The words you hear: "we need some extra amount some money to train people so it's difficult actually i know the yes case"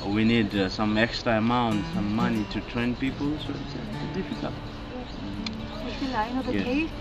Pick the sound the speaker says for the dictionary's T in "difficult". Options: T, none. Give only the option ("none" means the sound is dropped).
none